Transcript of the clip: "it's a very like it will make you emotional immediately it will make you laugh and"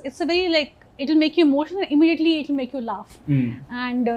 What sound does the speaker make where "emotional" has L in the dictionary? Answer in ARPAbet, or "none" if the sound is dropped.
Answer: N